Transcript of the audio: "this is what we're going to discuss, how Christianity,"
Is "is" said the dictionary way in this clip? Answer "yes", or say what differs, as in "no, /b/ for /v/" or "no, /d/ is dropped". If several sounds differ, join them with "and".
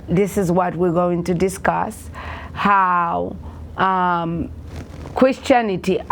yes